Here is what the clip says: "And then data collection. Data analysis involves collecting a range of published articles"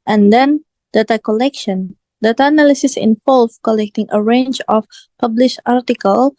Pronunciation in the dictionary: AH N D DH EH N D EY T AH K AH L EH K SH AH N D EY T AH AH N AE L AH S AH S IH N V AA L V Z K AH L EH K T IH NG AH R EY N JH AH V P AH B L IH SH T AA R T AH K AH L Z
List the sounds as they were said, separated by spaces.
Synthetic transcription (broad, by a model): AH N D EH N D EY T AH K AH L EH K SH AH N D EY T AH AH N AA L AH S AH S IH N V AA L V K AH L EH K T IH NG AH R EY N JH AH F P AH B L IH SH AA R T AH K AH L